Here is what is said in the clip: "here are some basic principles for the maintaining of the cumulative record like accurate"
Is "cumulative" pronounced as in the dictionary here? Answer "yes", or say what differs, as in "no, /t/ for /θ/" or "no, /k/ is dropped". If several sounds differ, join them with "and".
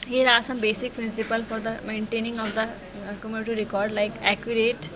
no, /n/ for /l/